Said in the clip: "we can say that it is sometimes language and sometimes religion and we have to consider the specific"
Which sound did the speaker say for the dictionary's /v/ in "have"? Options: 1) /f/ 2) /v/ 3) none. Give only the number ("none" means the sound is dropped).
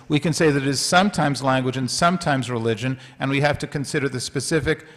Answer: 1